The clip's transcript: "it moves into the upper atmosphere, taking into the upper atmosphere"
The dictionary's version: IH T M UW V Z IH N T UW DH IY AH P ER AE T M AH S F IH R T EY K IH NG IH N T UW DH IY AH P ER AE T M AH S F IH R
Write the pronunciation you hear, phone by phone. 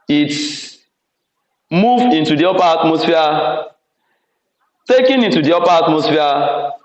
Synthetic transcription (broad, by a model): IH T M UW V IH N T UW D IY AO P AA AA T M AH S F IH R T EY K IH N IH N T UW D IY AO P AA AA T M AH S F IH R